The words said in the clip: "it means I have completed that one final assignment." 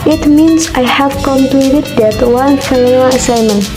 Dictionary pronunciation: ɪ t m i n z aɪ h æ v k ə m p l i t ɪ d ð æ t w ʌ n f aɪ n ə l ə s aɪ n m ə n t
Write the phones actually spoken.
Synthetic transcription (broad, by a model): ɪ t m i n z aɪ h æ v k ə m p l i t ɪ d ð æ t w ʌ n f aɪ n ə n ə s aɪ m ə n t